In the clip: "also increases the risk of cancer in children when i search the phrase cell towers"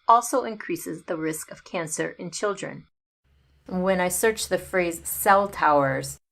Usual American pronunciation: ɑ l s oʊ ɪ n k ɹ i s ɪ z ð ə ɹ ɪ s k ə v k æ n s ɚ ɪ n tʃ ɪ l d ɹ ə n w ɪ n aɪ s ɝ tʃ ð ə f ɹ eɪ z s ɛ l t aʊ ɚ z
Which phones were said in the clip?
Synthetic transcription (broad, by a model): ɑ l s oʊ ɪ n k ɹ i s ɪ z ð ə ɹ ɪ s k ə v k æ n s ɚ ɪ n tʃ ɪ l d ɹ ə n w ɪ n aɪ s ɝ tʃ ð ə f ɹ eɪ z s ɛ l t aʊ ɚ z